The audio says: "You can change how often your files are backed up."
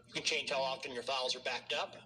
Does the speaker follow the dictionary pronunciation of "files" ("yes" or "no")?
yes